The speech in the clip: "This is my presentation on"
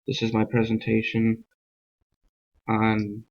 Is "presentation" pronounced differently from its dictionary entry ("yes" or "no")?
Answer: no